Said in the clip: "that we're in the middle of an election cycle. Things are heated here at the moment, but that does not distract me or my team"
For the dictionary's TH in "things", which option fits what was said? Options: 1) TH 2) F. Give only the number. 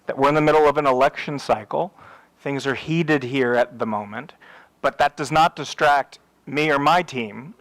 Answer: 1